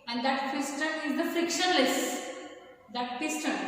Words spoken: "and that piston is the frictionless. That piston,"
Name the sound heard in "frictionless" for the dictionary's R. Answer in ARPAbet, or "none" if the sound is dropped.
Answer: R